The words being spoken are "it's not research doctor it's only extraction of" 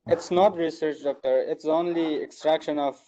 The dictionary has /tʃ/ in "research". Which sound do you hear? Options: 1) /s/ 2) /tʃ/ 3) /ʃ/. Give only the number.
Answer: 2